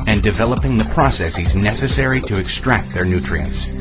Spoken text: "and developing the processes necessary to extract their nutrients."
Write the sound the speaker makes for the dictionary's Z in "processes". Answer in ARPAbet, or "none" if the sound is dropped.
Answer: Z